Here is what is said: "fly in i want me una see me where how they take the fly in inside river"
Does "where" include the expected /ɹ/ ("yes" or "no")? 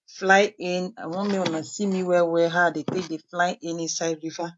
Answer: no